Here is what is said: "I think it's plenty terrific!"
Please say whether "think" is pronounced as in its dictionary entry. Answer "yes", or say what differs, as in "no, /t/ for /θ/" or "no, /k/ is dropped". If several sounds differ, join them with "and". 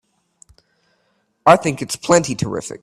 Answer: yes